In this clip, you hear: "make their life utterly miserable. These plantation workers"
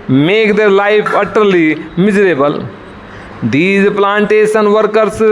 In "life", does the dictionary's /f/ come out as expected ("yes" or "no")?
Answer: no